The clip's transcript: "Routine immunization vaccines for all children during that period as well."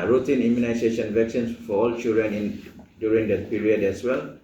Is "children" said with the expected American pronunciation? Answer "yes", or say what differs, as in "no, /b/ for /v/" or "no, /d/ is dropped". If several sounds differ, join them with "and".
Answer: no, /l/ is dropped